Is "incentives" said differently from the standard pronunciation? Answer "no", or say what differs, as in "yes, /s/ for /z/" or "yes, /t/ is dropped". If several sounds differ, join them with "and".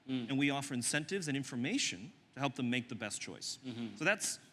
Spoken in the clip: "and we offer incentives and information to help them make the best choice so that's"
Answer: no